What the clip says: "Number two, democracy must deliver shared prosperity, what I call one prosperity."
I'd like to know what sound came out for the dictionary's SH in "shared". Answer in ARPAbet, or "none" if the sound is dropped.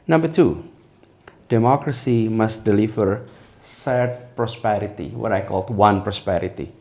S